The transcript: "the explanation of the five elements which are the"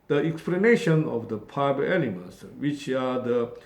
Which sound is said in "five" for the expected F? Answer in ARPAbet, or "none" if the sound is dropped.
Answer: P